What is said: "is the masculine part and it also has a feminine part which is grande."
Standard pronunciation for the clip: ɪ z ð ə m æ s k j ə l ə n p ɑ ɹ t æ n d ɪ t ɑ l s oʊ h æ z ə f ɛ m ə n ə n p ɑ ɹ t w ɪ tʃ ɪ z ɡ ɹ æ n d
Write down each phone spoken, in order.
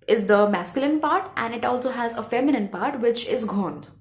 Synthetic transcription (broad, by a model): ɪ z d ə m æ s k j ə l ə n p ɑ ɹ t æ n d ɪ t ɑ l s oʊ h æ z ə f ɛ m ə n ə n p ɑ ɹ t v ɪ tʃ ɪ z ɡ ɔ n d